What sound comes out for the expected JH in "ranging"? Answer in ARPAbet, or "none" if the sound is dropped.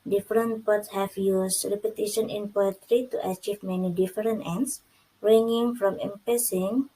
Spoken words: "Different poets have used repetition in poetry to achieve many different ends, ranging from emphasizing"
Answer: none